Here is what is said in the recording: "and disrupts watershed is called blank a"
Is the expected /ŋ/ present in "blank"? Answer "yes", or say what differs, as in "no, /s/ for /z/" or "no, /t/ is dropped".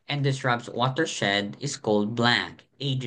no, /ŋ/ is dropped